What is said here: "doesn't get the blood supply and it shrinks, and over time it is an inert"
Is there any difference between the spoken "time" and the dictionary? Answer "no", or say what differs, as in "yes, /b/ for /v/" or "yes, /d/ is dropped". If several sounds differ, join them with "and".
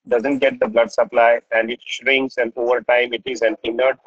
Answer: no